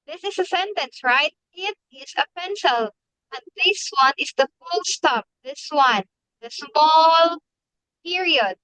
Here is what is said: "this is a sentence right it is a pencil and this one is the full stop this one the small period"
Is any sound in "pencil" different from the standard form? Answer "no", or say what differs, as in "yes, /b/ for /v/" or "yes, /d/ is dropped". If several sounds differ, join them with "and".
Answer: no